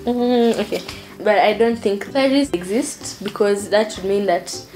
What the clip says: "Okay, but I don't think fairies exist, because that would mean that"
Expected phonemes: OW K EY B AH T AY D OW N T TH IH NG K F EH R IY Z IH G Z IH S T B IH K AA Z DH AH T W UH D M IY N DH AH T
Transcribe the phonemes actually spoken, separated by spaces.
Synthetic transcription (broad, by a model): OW K EY B AH T AY D OW N T TH IH NG K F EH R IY S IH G Z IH S T B IH K AA Z DH AH T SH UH D M IY N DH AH T